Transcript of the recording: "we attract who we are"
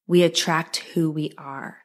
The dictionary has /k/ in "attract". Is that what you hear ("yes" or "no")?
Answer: yes